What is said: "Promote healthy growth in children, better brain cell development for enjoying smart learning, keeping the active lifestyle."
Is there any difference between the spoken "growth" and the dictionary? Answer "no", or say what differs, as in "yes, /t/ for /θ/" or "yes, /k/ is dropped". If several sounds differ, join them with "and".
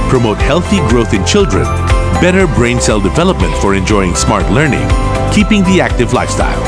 no